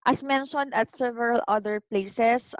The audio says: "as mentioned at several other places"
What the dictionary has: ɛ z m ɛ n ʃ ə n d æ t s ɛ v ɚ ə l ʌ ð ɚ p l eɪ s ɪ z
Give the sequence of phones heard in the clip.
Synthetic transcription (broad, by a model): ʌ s m ɛ n ʃ ə n d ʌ t s ɛ v ɚ ə l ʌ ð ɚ p l eɪ s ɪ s